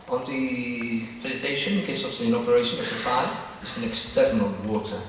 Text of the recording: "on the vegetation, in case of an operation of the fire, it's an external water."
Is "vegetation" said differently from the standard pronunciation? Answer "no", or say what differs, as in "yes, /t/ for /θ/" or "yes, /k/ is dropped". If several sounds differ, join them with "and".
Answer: yes, /z/ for /dʒ/